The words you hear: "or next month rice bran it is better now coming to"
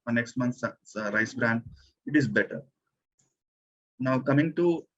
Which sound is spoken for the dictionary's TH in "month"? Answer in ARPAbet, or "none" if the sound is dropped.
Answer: S